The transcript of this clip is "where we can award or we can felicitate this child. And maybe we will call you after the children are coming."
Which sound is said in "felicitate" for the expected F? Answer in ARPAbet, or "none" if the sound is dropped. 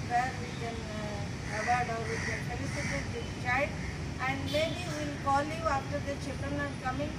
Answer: P